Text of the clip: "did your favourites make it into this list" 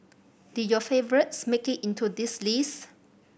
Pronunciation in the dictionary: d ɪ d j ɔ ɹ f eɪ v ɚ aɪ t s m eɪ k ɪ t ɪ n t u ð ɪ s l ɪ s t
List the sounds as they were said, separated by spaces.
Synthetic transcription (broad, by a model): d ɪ j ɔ f eɪ v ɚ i t s m eɪ k ɪ t ɪ n t u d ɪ s l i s